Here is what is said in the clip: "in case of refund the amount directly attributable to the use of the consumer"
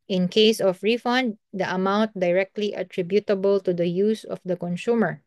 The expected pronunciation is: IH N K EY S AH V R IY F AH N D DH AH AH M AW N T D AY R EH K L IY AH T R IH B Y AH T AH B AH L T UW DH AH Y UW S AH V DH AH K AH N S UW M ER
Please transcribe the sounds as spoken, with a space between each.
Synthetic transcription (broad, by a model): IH N K EY S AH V R IY F AH N D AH AH M AW N T D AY R EH K L IY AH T R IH B Y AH T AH B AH L T UW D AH Y UW S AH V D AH K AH N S UW M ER